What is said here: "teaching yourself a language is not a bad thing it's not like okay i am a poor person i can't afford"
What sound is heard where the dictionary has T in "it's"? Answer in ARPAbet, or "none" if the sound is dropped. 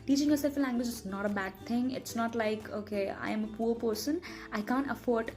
T